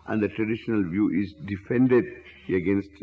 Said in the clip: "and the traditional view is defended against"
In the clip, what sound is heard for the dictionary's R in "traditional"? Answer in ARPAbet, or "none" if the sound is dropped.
R